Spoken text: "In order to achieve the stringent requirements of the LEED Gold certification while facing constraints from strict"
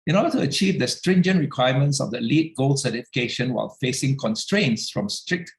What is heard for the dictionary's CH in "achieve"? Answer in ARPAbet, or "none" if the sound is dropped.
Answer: CH